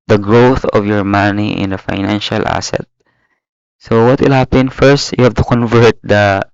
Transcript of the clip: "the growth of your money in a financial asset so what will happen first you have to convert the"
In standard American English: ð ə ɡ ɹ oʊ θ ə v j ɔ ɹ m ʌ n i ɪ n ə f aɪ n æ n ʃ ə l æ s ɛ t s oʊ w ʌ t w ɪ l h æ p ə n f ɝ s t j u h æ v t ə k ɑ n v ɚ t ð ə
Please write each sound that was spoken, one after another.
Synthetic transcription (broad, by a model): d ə ɡ ɹ oʊ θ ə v j ɔ ɹ m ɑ n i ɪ n ə f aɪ n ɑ n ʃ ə l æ s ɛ t s oʊ w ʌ t w ɪ l h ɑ p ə n f ɝ s t j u h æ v t ə k ɑ n v ɚ t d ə